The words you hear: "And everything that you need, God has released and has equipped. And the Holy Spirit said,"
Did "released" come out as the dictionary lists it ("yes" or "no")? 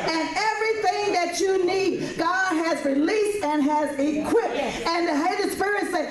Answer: yes